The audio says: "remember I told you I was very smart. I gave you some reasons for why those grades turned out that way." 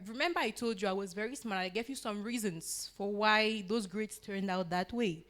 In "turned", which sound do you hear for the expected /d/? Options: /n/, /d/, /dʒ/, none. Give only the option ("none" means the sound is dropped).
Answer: /d/